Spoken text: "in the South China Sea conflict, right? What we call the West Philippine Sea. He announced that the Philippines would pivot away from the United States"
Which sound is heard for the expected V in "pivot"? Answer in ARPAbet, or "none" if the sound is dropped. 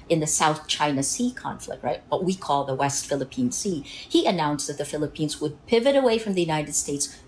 V